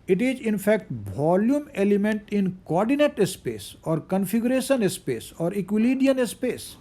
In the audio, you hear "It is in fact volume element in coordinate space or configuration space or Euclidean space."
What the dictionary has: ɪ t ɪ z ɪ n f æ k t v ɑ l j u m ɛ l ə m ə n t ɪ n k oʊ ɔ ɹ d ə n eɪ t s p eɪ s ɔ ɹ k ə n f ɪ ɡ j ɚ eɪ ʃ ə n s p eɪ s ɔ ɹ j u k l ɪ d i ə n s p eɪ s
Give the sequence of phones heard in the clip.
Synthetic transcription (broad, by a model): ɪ t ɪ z ɪ n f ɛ k t v ɑ l j u m ɛ l ə m ə n t ɪ n k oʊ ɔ ɹ d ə n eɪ t s p eɪ s ɔ ɹ k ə n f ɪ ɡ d eɪ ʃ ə n s p eɪ s ɔ ɹ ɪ k l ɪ d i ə n s p eɪ s